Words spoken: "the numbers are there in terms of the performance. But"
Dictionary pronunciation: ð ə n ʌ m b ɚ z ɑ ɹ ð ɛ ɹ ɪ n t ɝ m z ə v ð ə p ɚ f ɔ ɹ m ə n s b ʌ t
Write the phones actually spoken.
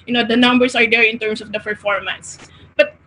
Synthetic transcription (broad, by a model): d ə n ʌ m b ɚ s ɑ ɹ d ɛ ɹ ɪ n t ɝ m s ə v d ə p ɚ f ɔ ɹ m ə n s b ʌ t